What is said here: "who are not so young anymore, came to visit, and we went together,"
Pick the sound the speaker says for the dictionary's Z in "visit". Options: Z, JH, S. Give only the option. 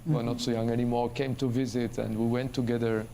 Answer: Z